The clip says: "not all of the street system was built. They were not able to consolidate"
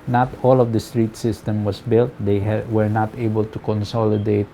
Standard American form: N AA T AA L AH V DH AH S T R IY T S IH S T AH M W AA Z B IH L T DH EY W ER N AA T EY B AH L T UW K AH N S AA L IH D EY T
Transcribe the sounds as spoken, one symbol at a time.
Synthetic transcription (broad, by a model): N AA T AA L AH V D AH S T R IY T S IH S T AH M W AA S B IH L T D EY W ER N AA T EY B AH L T UW K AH N S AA L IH D EY T